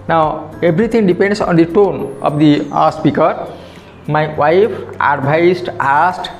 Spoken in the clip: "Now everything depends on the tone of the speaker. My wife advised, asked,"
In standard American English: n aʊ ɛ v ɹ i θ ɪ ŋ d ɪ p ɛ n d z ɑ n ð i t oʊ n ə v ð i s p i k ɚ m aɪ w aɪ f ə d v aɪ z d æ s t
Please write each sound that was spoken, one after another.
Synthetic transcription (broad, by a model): n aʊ ɛ b ɹ i t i ŋ d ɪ p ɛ n d s ɑ n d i t oʊ n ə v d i s p i k ɚ m aɪ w aɪ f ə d b aɪ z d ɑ s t